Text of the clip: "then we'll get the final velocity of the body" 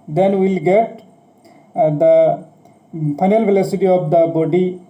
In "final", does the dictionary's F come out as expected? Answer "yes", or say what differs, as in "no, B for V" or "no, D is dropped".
no, P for F